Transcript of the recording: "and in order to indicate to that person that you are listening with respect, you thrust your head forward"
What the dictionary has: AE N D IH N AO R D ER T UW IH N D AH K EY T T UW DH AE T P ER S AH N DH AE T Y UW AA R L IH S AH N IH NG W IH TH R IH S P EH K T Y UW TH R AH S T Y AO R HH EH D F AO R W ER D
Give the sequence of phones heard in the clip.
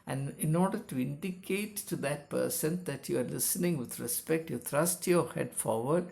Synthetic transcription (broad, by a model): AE N D IH N AO R D ER T UW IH N D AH K EY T T UW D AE T P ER S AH N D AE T Y UW AA R L IH S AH N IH NG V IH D R IH S P EH K T Y UW T R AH S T Y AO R HH EH D F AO R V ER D